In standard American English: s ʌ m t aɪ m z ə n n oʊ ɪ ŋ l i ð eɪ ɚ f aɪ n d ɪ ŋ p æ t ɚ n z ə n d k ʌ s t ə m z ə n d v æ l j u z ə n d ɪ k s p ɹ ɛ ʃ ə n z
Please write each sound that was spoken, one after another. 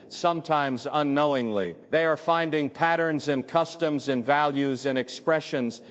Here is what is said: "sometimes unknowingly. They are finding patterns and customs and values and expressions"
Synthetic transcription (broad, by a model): s ʌ m t aɪ m z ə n n oʊ ɪ ŋ l i ð eɪ ɚ f aɪ n d ɪ ŋ p æ t ɚ n z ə n k ʌ s t ə m z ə n v æ l j u z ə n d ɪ k s p ɹ ɛ ʃ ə n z